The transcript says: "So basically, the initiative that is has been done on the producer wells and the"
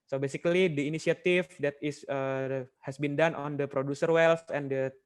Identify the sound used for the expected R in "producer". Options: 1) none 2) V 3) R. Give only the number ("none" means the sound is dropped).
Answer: 3